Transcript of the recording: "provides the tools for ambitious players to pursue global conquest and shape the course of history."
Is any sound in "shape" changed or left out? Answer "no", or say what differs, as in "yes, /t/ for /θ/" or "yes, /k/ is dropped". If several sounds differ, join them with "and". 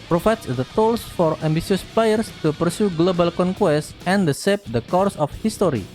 yes, /s/ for /ʃ/